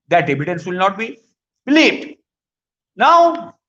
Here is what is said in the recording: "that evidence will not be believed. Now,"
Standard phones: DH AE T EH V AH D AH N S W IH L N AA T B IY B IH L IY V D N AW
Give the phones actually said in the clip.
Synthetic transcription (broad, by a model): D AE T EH B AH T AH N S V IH L N AA T B IY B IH L IY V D N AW